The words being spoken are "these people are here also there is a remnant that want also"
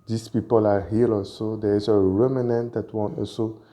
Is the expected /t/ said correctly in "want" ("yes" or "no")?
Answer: no